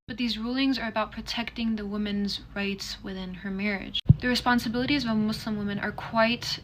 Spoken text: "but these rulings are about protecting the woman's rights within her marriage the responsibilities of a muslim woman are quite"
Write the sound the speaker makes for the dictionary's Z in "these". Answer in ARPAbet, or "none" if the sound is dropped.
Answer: Z